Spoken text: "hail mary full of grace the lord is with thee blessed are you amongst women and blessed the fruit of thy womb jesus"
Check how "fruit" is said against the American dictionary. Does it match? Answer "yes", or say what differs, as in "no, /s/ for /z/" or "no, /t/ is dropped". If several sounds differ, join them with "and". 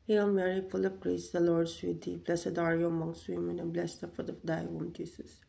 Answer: no, /ɹ/ is dropped